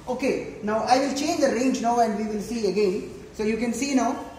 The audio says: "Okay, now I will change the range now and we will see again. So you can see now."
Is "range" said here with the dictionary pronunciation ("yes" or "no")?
yes